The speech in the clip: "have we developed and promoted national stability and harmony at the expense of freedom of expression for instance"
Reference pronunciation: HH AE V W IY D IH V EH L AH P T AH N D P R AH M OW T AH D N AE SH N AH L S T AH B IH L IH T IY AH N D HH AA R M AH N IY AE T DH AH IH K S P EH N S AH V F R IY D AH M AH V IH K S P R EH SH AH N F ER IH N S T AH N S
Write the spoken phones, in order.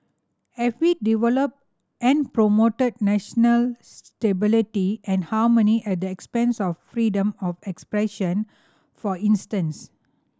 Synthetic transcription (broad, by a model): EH F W IY D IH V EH L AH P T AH N P R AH M OW T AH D N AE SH N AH L S T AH B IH L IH T IY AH N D HH AA M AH N IY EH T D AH IH K S P EH N S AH F R IY D AH M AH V IH K S P R EH SH AH N F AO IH N S T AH N S